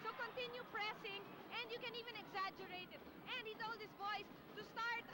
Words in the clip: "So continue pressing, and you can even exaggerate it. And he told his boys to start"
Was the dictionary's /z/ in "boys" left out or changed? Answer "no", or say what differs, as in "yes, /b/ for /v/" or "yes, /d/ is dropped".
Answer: yes, /s/ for /z/